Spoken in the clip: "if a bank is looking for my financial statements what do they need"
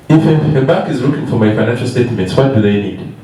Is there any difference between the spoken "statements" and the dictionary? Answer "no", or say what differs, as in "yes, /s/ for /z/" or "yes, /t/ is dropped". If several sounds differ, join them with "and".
yes, /n/ is dropped